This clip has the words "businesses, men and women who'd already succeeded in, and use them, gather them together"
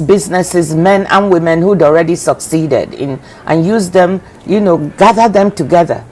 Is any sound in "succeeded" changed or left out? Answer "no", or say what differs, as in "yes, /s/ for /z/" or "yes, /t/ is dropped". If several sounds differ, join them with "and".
no